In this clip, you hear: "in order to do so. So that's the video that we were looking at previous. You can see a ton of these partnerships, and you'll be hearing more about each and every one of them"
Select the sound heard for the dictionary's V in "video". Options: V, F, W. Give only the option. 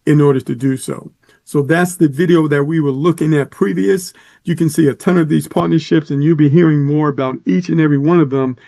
V